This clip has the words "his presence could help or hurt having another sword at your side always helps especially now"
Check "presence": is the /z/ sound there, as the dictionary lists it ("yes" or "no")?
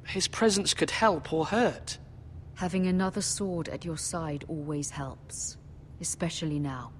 yes